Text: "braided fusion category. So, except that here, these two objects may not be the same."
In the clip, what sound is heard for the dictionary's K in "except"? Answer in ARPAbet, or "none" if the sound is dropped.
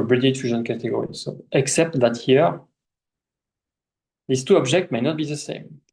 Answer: K